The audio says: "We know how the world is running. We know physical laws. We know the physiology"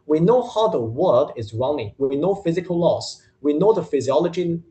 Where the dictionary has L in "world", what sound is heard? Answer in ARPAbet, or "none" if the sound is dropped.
none